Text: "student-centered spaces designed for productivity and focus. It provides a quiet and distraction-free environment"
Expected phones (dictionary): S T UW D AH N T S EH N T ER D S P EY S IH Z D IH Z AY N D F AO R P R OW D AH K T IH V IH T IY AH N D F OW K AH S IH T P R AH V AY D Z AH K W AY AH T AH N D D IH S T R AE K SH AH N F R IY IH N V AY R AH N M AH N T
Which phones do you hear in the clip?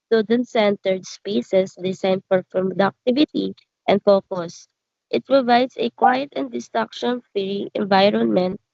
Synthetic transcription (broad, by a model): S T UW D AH N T S EH N T ER D S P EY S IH S D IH S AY N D F AO R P R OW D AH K T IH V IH T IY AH N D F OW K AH S IH T P R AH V AY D S AH K W AY AH T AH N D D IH S T R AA K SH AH N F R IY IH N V AY R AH N M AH N T